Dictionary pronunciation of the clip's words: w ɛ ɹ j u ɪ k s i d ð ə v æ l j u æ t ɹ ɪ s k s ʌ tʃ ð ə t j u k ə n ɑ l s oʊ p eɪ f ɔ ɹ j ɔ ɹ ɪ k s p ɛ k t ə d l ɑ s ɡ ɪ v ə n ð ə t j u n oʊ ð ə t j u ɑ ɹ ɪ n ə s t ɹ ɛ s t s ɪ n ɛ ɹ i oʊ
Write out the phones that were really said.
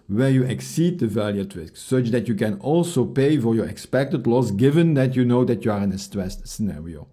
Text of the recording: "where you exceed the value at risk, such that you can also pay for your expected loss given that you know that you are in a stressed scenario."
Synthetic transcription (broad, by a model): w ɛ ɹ j u ɪ k s i d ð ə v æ l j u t ɹ ɪ s k s ʌ tʃ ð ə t j u k ə n ɑ l s oʊ p eɪ f ɔ ɹ j ɔ ɹ ɪ k s p ɛ k t ə d l ɑ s ɡ ɪ v ə n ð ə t j u n oʊ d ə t j u ɑ ɹ ɪ n ə s t ɹ ɛ s t s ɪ n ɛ ɹ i oʊ